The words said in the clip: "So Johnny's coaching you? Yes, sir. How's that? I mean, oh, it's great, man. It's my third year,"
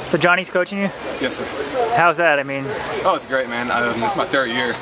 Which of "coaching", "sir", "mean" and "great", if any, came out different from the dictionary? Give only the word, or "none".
none